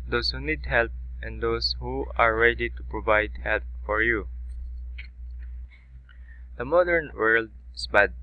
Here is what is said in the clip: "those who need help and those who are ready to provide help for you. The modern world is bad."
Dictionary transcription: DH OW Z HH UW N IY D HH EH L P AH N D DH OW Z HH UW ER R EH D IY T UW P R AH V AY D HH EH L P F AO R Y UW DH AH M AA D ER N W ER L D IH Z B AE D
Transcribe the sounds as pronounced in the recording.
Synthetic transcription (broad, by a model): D OW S HH UW N IY D HH EH L P AH N D OW S HH UW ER R EH D IY T UW P R AH V AY D HH EH L P F AO R Y UW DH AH M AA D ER N W ER L D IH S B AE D